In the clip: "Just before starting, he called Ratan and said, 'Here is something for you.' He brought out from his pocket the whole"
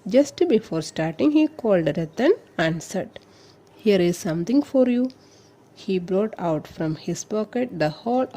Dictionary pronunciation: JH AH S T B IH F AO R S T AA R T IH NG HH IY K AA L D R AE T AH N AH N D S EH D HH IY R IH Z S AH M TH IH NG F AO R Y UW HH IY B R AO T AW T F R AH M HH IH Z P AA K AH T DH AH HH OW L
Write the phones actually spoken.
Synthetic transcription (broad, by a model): JH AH S T B IH F AO R S T AA R T IH NG HH IY K AA L D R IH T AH N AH N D S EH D HH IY R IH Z S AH M T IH NG F AO R Y UW HH IY B R AO T AW T F R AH M HH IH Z P AA K AH T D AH HH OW L